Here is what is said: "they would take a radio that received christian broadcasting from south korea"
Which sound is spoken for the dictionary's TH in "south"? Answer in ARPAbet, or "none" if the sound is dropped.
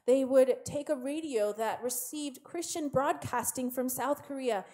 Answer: TH